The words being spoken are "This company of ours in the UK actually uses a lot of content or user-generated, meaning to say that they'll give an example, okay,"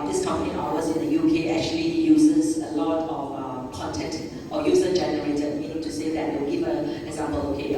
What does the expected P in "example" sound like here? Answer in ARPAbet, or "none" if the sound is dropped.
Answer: B